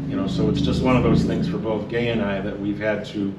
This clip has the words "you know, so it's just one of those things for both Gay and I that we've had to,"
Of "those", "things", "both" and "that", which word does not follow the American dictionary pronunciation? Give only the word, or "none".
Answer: none